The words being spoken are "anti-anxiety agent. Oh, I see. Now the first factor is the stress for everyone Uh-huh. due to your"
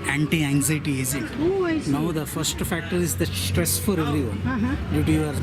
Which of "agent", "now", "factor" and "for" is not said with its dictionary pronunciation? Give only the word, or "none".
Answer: agent